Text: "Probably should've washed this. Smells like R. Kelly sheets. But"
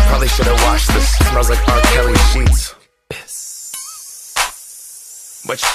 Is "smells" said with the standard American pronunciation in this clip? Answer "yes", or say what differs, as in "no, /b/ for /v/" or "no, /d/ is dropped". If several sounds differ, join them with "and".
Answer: no, /l/ is dropped